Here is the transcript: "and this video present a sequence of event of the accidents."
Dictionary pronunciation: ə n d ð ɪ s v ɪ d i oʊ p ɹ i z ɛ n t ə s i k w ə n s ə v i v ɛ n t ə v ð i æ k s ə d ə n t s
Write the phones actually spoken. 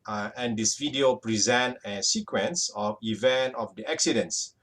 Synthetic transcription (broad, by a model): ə n d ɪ s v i d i oʊ p ɹ i z ɛ n t ə s i k w ə n s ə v i v ɛ n t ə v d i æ k s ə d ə n s